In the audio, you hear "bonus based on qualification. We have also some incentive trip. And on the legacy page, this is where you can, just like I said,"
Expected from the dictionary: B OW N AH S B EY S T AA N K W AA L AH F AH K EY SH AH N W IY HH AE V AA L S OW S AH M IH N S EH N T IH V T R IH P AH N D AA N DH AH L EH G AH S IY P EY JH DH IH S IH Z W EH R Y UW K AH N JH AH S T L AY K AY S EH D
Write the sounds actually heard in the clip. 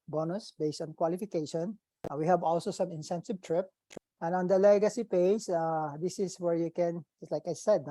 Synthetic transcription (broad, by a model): B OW N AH S B EY S T AA N K W AA L AH F AH K EY SH AH N W IY HH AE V AA L S OW S AH M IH N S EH N S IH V T R IH P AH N AA N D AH L EH G AH S IY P EY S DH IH S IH S W EH R Y UW K AH N JH AH S T L AY K AY S EH D